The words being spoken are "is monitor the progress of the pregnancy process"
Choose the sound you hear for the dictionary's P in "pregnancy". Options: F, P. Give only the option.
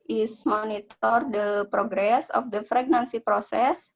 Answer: F